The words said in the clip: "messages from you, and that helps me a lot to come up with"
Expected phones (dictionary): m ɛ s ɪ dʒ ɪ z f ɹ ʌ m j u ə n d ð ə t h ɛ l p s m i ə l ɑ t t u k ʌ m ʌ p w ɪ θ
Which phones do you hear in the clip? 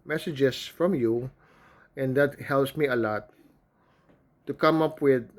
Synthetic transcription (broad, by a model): m ɛ s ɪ dʒ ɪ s f ɹ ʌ m j u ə n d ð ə t h ɛ l p s m i ə l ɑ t t u k ʌ m ʌ p w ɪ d